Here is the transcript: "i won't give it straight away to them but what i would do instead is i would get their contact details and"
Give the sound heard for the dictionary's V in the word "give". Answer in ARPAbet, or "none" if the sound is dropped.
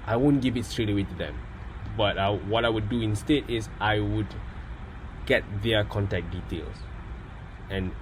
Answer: V